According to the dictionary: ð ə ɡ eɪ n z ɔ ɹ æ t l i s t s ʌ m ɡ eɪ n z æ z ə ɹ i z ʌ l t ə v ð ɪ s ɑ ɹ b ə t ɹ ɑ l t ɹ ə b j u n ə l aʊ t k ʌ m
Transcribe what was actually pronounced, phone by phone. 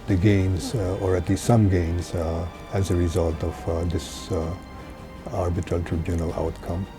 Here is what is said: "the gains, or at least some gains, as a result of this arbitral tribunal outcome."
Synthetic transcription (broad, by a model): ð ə ɡ eɪ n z ɔ ɹ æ t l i s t s ʌ m ɡ eɪ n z æ z ə ɹ i z ʌ l t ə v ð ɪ s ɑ ɹ b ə t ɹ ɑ l t ɹ ə b j u n ə l aʊ t k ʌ m